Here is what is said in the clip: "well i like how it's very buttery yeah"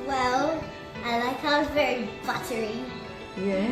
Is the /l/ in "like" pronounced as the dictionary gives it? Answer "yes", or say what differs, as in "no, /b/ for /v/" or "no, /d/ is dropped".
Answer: no, /n/ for /l/